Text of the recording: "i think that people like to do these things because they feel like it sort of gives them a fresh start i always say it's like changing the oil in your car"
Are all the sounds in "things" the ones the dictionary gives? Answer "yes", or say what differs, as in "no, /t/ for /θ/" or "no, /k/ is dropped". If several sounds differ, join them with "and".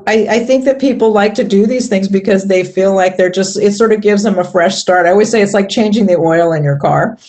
yes